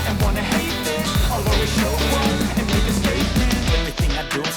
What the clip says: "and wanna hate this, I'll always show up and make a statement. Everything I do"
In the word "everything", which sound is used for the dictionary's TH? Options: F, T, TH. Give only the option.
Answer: TH